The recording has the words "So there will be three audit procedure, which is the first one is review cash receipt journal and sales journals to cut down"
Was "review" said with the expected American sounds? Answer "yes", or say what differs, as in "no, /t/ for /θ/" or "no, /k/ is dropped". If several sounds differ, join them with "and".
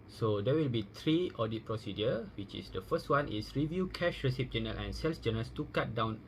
yes